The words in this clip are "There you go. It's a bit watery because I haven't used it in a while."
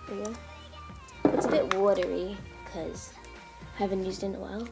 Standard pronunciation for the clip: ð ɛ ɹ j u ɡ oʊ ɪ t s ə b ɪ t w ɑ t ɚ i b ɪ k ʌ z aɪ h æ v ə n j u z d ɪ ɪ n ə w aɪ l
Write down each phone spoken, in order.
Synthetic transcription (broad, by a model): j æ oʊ ɪ t s ə b ɪ t w ɑ t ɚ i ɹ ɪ k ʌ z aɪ h æ v ə n j u z d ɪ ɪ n ə w aɪ l